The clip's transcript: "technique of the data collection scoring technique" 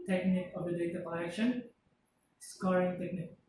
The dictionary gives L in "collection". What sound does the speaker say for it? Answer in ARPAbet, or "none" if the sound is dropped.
none